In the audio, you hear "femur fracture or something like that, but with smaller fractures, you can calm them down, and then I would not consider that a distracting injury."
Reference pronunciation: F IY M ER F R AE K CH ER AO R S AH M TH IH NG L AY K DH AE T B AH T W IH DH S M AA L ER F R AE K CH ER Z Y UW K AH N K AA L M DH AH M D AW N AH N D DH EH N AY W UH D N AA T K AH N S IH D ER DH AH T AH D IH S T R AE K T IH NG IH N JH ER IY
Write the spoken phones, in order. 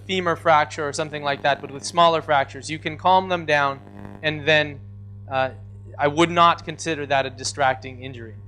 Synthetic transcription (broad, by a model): F IY M ER F R AE K CH ER R S AH M TH IH NG L AY K DH AE T B AH T W IH DH S M AA L ER F R AE K CH ER Z Y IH K AH N K AA L M DH AH M D AW N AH N DH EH N AY W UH D N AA T K AH N S IH D ER DH AH T AH D IH S T R AE K T IH NG IH N JH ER IY